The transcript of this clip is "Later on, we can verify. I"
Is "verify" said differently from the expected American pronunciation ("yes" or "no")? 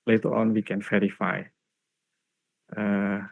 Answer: yes